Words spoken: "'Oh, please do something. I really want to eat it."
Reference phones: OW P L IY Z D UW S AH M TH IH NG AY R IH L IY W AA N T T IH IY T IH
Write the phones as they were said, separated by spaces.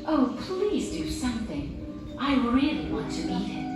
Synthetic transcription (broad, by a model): OW P L IY Z D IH S AH M TH IH NG AY R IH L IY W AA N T T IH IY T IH